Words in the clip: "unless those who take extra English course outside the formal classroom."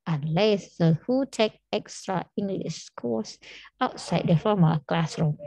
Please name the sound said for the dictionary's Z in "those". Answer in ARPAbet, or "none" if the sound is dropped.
none